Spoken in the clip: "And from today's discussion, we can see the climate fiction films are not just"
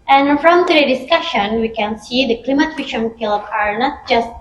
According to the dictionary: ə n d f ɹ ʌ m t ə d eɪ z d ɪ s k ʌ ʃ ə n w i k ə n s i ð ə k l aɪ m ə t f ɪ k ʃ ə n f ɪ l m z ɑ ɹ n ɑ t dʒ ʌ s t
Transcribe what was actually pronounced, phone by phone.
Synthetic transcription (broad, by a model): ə n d f ɹ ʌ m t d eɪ d ɪ s k ʌ ʃ ə n w i k ə n s i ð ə k l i m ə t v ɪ ʃ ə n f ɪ l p ɑ ɹ n ɑ t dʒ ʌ s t